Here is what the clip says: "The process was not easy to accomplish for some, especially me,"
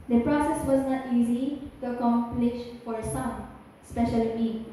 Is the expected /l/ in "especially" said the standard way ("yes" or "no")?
no